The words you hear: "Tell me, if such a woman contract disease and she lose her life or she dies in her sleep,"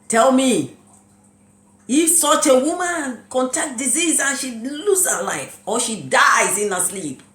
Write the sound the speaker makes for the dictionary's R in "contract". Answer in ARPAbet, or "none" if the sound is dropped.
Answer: none